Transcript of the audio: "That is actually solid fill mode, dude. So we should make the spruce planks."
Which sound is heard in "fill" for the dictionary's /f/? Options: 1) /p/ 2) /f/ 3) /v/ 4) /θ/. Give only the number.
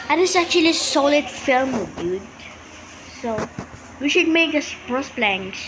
2